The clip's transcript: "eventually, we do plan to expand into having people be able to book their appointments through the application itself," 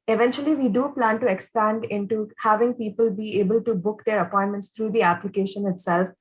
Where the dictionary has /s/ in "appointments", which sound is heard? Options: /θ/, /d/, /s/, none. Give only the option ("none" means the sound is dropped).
/s/